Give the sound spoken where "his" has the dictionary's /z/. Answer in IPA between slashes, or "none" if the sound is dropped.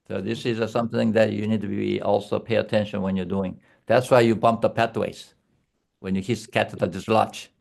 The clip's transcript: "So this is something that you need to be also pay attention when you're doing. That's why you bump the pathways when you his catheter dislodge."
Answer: /s/